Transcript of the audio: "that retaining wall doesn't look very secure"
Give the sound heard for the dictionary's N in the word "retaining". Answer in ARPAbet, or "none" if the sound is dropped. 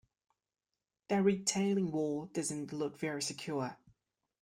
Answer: L